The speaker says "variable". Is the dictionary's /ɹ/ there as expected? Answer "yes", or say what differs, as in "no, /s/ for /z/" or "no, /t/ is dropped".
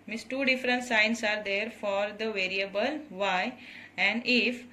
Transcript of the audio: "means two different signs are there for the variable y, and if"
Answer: yes